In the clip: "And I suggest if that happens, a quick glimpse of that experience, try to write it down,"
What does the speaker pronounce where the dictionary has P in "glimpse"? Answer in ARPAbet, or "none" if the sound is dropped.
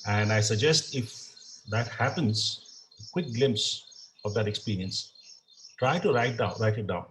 P